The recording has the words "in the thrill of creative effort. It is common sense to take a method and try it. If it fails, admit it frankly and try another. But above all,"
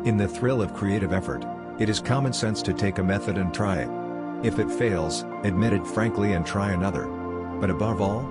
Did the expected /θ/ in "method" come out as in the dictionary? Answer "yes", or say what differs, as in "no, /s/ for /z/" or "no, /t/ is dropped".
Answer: yes